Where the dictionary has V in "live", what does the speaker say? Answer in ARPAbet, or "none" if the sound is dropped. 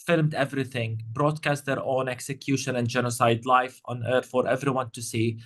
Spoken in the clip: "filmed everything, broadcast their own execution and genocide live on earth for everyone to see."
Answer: F